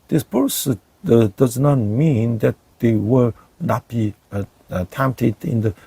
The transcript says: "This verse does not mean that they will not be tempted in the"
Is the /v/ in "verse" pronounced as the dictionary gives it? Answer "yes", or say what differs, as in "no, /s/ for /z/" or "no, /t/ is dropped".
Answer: no, /p/ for /v/